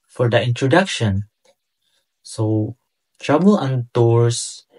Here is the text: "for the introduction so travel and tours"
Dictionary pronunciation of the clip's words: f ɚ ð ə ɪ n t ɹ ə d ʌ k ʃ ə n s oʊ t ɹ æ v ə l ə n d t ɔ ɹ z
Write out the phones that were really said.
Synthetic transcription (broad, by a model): f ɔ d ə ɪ n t ɹ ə d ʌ k ʃ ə n s oʊ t ɹ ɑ b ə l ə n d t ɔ ɹ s